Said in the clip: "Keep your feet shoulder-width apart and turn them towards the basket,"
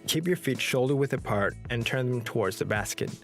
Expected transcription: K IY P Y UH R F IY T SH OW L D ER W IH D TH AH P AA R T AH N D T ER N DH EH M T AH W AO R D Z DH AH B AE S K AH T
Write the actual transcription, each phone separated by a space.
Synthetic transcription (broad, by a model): K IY P Y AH R F IY T SH OW L D ER W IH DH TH AH P AA R T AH N T ER N DH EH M T AH W AO R D Z DH AH B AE S K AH T